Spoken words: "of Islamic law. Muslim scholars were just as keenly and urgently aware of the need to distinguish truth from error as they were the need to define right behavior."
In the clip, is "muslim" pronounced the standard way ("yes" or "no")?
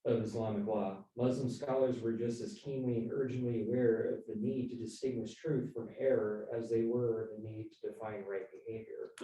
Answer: yes